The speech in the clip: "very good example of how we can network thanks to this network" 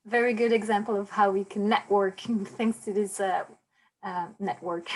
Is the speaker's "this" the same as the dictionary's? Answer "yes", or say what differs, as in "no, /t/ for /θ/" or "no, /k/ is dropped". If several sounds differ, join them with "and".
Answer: no, /s/ is dropped